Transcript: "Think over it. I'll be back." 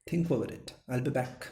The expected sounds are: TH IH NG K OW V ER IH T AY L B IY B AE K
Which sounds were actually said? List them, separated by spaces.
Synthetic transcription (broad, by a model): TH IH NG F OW ER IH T AY L B IY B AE K